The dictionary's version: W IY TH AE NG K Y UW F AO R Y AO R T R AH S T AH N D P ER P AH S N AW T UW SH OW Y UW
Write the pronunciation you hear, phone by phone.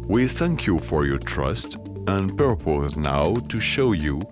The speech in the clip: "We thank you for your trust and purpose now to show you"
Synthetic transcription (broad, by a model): W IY TH AE NG K Y UW F AO R Y AO R T R AH S T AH N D P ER P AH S N AW T UW SH OW Y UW